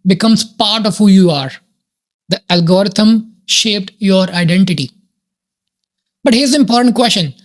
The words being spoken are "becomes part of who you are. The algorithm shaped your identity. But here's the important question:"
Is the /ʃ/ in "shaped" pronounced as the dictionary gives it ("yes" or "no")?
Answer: yes